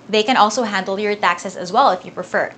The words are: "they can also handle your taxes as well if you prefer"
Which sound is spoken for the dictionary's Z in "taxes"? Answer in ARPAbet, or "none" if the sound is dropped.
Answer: S